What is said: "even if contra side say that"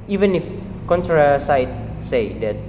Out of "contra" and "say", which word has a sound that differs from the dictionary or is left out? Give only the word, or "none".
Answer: none